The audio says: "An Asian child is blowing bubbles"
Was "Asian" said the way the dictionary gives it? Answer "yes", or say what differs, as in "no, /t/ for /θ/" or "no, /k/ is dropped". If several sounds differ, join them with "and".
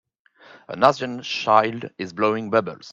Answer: no, /z/ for /ʒ/